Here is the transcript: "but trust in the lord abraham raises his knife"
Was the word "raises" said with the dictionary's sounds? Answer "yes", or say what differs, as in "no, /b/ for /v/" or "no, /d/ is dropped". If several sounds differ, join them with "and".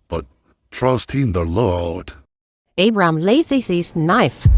no, /l/ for /ɹ/